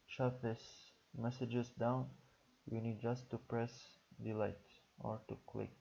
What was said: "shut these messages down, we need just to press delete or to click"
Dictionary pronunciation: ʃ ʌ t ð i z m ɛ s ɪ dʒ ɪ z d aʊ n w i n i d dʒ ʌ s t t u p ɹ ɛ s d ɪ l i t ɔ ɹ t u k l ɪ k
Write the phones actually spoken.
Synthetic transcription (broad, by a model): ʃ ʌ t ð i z m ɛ s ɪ dʒ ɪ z d aʊ n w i n i d dʒ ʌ s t t u p ɹ ɛ s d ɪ l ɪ t ɔ ɹ t u k l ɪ k